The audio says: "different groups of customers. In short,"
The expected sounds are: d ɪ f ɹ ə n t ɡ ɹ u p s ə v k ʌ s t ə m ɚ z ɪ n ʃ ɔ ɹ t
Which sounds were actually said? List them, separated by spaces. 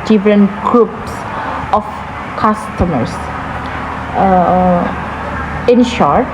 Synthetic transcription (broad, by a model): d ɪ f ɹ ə n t ɡ ɹ u p s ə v k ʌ s t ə m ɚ s ɪ n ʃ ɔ ɹ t